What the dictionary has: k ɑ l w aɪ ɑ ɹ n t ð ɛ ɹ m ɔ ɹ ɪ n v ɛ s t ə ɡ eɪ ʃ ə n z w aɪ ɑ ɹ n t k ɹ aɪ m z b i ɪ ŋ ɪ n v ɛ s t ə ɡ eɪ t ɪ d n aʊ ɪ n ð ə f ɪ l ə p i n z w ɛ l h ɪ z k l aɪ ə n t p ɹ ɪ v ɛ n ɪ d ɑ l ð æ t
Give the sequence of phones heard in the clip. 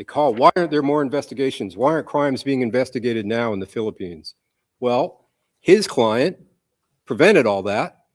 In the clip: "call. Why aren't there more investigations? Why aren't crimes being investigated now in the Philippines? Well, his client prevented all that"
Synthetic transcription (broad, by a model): k ɑ l w aɪ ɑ ɹ n ð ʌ ɹ m ɔ ɹ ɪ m v ɛ s t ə ɡ eɪ ʃ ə n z w aɪ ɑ ɹ n k ɹ aɪ m z b i ɪ ŋ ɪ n v ɛ s t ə ɡ eɪ t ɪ d n aʊ ɪ n ð ə f ɪ l ə p i n z w ɛ l h ɪ z k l aɪ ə n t p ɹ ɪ v ɛ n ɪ d ɑ l ð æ t